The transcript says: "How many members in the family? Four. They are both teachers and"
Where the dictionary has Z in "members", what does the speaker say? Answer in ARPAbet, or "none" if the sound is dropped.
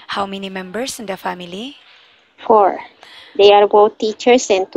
S